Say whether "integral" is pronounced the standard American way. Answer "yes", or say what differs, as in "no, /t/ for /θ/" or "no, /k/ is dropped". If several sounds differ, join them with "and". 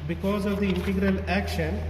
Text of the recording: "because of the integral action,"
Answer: yes